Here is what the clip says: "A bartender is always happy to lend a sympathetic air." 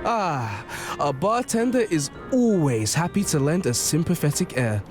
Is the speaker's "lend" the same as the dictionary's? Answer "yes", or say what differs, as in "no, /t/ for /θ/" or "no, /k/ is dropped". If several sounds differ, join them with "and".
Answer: yes